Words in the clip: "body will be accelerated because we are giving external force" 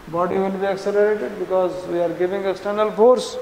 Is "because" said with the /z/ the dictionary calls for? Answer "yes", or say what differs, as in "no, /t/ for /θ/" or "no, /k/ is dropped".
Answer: yes